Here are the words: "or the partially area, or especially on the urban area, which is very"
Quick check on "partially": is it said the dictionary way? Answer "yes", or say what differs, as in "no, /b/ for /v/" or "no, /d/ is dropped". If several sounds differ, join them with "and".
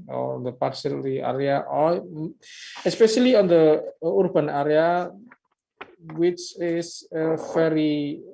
no, /s/ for /ʃ/